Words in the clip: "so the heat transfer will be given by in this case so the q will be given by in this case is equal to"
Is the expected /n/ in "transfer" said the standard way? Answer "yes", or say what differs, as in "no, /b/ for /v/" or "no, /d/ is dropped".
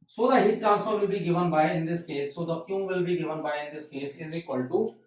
no, /n/ is dropped